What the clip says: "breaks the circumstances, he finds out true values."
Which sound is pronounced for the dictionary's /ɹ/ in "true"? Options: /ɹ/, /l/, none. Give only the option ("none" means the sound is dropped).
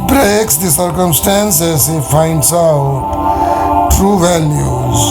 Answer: /ɹ/